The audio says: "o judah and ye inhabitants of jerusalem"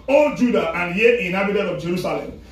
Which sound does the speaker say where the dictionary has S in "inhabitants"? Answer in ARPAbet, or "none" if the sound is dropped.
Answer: none